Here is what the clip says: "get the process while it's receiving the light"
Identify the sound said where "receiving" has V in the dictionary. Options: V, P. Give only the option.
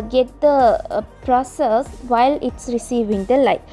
V